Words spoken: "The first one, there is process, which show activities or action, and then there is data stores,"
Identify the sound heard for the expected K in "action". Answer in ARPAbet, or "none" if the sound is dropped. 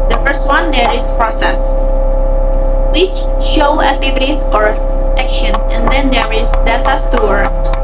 K